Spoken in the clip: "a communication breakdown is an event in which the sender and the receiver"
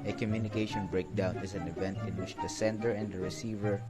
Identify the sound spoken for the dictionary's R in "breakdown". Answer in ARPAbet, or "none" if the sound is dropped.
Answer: R